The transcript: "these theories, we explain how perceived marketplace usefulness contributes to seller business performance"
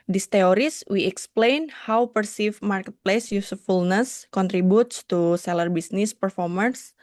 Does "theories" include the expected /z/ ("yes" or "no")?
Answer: no